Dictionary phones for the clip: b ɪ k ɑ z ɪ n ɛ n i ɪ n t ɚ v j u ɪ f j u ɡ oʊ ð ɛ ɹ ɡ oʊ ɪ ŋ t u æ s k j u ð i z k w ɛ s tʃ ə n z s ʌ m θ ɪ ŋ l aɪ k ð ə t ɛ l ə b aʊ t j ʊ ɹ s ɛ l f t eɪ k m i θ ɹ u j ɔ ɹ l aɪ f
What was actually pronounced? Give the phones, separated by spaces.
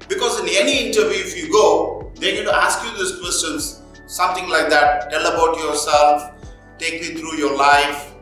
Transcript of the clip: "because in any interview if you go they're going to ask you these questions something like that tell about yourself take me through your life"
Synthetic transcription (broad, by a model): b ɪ k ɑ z ɪ n ɛ n i ɪ n t ɚ v j u ɪ f j u ɡ oʊ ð ɛ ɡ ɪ t u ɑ s k j u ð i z k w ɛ s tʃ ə n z s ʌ m t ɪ ŋ l aɪ k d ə t ɛ l ə b aʊ t j ʊ ɹ s ɛ l f t eɪ k m i t ɹ u j ɔ ɹ l aɪ f